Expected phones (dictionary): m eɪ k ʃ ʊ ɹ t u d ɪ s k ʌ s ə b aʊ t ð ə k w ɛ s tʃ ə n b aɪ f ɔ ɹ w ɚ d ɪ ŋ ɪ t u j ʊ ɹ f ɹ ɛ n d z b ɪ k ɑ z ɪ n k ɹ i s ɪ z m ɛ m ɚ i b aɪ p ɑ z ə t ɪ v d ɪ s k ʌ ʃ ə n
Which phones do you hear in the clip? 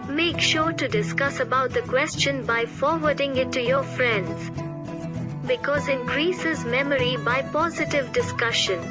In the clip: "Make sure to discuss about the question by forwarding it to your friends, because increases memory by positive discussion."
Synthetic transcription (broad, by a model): m eɪ k ʃ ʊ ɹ t u d ɪ s k ʌ s ə b aʊ t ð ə k w ɛ s tʃ ə n b aɪ f ɔ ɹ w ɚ d ɪ ŋ ɪ t u j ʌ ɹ f ɹ ɛ n d z b ɪ k ɑ z ɪ n k ɹ i s ɪ z m ɛ m ɚ i b aɪ p ɑ z ə t ɪ v d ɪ s k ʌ ʃ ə n